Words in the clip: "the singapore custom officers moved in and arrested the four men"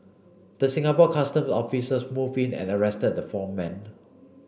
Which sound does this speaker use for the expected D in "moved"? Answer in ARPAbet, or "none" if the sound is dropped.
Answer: none